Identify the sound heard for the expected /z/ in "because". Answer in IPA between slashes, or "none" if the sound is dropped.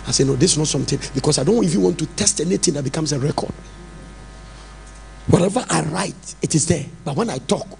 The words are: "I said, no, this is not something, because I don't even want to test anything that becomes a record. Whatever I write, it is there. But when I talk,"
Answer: /s/